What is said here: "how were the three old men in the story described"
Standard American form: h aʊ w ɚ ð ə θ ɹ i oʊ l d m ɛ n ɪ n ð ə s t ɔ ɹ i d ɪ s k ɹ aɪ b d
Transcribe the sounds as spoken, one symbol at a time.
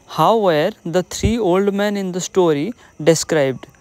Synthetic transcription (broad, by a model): h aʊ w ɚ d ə t ɹ i oʊ l d m ɛ n ɪ n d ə s t ɔ ɹ i d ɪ s k ɹ aɪ b d